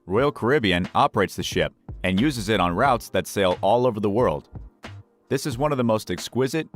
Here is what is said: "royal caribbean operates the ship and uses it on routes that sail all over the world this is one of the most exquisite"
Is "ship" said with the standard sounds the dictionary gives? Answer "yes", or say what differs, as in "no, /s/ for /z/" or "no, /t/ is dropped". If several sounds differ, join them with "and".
yes